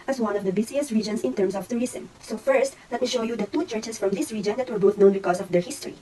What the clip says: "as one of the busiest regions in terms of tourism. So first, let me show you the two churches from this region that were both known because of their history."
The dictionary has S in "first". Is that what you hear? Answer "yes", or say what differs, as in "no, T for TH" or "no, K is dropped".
yes